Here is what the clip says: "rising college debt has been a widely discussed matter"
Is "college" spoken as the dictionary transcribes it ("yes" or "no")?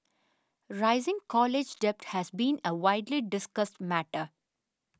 yes